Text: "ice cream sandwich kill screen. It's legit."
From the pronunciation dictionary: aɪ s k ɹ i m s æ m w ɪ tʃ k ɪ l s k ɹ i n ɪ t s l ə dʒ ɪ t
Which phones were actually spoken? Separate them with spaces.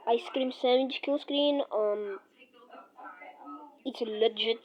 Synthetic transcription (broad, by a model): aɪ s k ɹ i m s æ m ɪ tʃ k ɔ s k ɹ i n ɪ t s l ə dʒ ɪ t